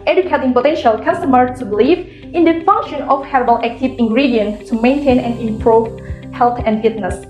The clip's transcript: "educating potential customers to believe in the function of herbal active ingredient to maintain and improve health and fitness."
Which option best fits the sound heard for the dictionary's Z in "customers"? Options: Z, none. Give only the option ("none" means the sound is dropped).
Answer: none